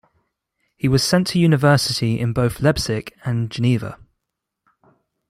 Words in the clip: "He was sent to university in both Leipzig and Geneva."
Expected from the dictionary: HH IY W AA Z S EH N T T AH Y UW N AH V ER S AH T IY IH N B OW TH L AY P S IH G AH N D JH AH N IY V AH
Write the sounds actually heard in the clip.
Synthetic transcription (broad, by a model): HH IY W AA Z S EH N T T AH Y UW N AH V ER S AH T IY IH N B OW TH L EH B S IH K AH N JH AH N IY V AH